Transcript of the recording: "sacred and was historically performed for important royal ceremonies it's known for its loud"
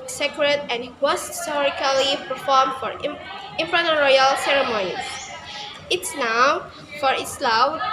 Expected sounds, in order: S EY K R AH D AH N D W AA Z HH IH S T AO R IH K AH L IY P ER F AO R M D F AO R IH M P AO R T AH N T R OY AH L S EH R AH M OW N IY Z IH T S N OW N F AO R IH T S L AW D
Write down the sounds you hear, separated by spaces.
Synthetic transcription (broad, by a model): S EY K R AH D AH N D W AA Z HH IH S T AO R IH K AH L IY P ER F AO R M D F AO R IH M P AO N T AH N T R OY AH L S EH R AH M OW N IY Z IH T S N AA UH F AO R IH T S L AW